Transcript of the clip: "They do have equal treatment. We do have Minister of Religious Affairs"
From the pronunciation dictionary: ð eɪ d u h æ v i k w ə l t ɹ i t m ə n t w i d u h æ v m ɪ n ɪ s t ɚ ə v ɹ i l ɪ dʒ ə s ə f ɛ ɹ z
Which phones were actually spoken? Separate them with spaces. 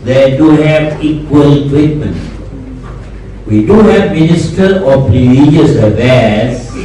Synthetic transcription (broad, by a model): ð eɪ d u h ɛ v i k w ə l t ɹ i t m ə n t w i d u h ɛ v m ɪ n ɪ s t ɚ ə p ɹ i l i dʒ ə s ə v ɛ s